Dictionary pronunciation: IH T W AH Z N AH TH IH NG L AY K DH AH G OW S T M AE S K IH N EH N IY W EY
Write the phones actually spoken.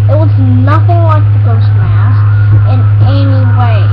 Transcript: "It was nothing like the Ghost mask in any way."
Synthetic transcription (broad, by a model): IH T W AH Z N AH TH IH NG L AY K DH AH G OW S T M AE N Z IH N EH N IY W EY